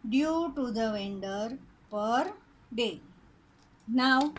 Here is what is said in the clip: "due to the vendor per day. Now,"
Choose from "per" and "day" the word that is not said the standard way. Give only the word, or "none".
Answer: none